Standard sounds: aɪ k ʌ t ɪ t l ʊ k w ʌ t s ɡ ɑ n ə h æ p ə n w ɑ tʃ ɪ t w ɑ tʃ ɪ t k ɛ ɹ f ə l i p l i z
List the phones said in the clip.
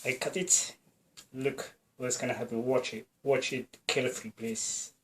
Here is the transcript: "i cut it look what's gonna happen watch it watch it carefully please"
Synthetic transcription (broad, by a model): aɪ k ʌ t ɪ t l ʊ k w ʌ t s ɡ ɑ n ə h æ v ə w ɑ tʃ ɪ t w ɑ tʃ ɪ t k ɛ l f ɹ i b l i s